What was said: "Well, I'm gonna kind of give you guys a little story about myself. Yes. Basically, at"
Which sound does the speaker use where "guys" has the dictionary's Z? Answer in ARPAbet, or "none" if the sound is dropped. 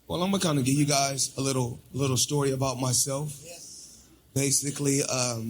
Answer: Z